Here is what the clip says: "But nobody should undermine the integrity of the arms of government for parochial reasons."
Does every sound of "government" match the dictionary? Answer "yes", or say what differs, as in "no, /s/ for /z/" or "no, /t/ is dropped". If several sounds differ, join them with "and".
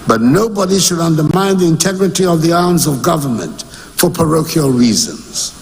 yes